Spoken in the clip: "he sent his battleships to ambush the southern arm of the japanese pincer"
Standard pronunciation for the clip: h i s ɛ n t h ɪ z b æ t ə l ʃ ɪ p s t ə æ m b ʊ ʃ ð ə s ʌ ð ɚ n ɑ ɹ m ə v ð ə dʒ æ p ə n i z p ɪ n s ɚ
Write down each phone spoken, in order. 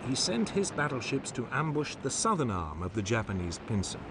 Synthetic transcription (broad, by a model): h i s ɛ n t h ɪ z b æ t l ʃ ɪ p s t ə æ m b ʊ ʃ ð ə s ʌ ð ɚ n ɑ ɹ m ə v ð ə dʒ æ p ə n i z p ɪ n s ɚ